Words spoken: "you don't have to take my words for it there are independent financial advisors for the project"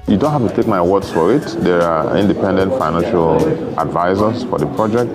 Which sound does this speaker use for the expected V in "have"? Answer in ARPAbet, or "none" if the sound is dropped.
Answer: F